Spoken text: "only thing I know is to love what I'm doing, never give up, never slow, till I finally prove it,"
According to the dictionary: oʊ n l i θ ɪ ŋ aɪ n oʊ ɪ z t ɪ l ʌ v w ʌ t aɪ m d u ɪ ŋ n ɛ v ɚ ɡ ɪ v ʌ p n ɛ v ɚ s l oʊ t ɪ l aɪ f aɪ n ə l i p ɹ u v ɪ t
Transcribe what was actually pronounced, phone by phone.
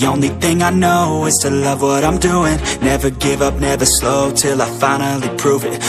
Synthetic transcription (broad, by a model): oʊ n l i θ ɪ ŋ aɪ n oʊ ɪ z t ɪ l ʌ v w ʌ t aɪ m d u ɪ ŋ n ɛ v ɚ ɡ ɪ v ʌ p n ɛ v ɚ s l oʊ t ɪ l aɪ f aɪ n l i p ɹ u v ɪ t